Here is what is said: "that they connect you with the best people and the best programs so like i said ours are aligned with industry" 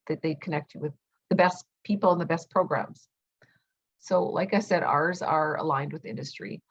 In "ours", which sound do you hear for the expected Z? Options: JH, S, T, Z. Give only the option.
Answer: Z